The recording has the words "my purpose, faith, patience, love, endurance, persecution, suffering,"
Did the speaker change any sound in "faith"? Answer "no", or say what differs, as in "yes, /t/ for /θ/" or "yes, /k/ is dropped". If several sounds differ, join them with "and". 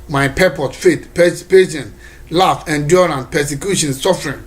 yes, /s/ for /θ/